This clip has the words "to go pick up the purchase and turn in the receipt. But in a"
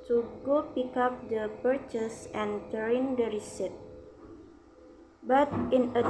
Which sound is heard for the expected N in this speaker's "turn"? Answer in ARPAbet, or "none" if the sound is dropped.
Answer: none